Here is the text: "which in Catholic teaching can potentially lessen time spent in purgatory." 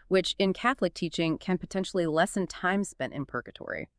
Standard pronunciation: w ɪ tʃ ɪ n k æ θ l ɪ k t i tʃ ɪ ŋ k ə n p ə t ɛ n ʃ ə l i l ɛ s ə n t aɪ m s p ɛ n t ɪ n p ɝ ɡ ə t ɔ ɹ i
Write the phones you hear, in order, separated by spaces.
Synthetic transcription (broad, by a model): w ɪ tʃ ɪ n k æ θ l ɪ k t i tʃ ɪ ŋ k ə n p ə t ɛ n ʃ l i l ɛ s ə n t aɪ m s p ɛ n t ɪ n p ɝ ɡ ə t ɔ ɹ i